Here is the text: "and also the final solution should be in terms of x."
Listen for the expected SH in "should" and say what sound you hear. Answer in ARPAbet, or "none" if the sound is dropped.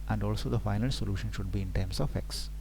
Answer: SH